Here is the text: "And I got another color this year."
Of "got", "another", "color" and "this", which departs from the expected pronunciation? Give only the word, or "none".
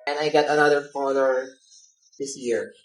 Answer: color